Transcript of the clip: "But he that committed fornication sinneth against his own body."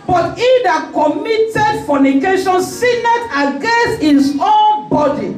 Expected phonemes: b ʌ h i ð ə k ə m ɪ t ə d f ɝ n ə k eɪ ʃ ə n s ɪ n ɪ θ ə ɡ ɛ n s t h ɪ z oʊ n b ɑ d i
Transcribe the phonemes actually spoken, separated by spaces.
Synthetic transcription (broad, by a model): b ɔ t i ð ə k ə m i t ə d f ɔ n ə k eɪ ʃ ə n s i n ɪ t ə ɡ ɛ n s t h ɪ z oʊ n b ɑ d i